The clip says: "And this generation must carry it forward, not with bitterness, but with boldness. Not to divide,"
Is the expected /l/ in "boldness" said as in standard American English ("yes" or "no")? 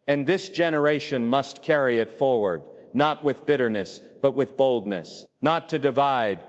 yes